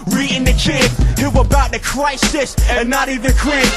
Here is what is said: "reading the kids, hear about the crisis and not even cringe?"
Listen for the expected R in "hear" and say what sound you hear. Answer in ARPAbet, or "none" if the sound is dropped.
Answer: W